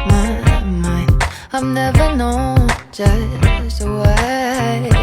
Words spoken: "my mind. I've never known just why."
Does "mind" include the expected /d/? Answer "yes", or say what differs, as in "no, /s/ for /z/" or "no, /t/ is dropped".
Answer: no, /d/ is dropped